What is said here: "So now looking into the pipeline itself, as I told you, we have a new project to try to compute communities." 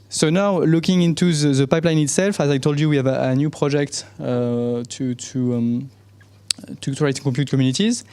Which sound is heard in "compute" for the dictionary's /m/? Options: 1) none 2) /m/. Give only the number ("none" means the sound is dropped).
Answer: 1